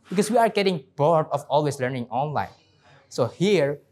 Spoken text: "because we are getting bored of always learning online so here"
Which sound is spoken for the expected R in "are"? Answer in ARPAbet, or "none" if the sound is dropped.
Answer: R